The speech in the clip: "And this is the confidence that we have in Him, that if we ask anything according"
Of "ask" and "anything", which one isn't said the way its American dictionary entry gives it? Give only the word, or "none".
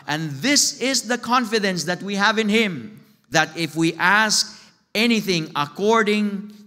none